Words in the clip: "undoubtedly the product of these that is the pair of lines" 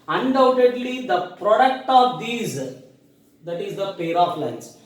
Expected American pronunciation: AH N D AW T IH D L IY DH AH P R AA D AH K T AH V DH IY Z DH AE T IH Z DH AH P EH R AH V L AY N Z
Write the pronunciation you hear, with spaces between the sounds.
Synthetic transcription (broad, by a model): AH N D AW T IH D L IY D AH P R AA D AH K T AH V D IY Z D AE T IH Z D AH P EH R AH F L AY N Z